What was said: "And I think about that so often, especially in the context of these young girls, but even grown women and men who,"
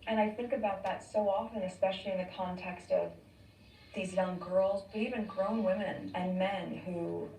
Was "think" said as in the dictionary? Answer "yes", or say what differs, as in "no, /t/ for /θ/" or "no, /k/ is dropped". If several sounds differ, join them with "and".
yes